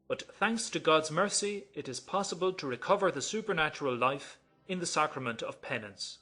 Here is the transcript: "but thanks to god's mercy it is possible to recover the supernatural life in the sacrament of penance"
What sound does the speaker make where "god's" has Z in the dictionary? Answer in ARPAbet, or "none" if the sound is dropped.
Z